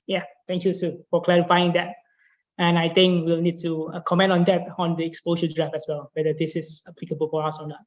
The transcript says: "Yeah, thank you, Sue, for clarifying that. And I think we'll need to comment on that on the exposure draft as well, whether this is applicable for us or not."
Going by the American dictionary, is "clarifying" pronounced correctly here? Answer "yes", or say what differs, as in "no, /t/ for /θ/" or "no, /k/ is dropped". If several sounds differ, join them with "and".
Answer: yes